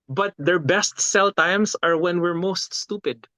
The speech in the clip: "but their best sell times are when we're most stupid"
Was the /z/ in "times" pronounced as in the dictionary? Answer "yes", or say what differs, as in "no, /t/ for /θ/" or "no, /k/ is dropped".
no, /s/ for /z/